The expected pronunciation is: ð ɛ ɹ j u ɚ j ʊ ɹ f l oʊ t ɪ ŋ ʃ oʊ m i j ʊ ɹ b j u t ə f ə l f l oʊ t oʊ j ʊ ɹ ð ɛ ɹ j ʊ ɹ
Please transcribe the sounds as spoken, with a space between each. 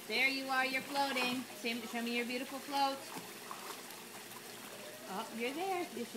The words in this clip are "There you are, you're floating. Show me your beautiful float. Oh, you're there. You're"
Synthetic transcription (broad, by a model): ð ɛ ɹ j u ɚ j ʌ ɹ f l oʊ t ɪ ŋ ʃ oʊ m i j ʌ ɹ b j u t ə f l f l oʊ t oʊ j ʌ ɹ ð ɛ ɹ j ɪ